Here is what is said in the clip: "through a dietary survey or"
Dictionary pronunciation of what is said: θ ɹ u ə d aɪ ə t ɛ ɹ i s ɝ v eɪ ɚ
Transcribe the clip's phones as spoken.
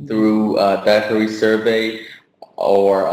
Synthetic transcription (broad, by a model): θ ɹ u ə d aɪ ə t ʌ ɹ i s ɝ v eɪ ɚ